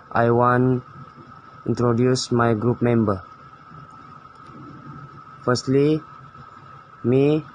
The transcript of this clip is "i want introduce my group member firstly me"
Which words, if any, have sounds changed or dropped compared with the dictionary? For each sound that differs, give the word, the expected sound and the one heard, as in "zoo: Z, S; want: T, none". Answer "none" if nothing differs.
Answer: want: T, none